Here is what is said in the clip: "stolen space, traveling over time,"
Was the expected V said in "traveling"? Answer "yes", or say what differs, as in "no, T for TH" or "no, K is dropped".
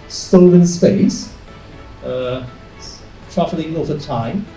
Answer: no, F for V